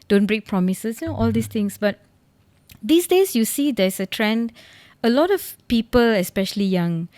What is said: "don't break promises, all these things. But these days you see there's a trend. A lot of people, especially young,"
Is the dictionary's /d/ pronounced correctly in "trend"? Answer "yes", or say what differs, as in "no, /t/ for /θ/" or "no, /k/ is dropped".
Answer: yes